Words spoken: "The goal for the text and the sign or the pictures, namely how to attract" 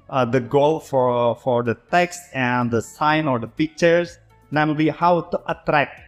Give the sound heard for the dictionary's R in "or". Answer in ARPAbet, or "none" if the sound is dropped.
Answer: R